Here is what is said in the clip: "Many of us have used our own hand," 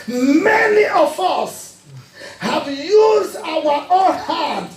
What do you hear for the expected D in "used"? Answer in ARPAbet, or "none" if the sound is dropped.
D